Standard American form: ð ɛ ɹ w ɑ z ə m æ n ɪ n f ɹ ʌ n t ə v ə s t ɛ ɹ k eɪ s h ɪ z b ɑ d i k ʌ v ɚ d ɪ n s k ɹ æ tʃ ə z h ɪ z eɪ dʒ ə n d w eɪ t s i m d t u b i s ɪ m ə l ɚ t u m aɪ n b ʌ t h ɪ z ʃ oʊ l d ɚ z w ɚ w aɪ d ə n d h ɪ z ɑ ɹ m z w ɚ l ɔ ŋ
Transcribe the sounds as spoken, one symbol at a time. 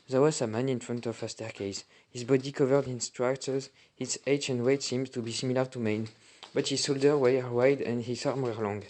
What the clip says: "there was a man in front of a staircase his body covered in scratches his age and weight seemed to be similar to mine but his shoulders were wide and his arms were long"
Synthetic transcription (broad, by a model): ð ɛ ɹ w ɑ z ə m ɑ n ɪ n f ɹ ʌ n t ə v ə s t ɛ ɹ k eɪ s h ɪ z b ɑ d i k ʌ v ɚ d ɪ n s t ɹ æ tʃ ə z h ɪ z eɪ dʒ ə n d w eɪ t s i m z t u b i s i m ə l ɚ t u m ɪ n b ʌ t h ɪ z s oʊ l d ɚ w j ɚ w aɪ d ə n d h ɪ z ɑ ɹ m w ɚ l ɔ ŋ